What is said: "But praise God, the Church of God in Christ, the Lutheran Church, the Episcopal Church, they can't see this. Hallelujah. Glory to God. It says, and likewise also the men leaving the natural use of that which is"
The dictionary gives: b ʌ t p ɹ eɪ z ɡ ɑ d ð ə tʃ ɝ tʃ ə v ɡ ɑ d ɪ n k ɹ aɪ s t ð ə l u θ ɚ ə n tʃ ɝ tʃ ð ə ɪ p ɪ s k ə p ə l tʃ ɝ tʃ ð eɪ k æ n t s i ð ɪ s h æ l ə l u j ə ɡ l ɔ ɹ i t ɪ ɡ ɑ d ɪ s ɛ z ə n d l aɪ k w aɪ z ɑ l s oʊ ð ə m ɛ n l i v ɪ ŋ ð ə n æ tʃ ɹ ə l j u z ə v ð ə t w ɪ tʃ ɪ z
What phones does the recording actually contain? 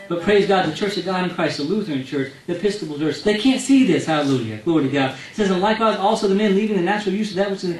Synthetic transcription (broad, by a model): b ʌ t p ɹ eɪ z ɡ ɑ d ð ə tʃ ɝ tʃ ə v ɡ ɑ d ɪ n k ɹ aɪ s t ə l u θ ɚ ə n tʃ ɝ tʃ ð ə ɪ p ɪ s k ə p l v ɝ s ð eɪ k æ n t s i ð ɪ s h æ l ə l u j ə ɡ l ɔ ɹ i t ɪ ɡ ɑ d s ɛ z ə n l aɪ k w aɪ z ɑ l s oʊ ð ə m ɛ n l i v ɪ ŋ ð ə n æ tʃ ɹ l j u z ə v ð ə t w ɪ tʃ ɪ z